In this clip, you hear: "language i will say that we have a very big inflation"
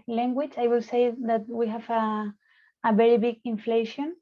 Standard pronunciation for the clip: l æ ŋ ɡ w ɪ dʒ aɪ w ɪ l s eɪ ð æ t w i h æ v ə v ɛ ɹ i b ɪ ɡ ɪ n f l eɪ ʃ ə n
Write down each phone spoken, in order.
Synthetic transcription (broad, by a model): l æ ŋ ɡ w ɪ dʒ aɪ w ɪ l s eɪ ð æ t w i h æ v ə v ɛ ɹ i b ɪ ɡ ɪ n f l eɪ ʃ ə n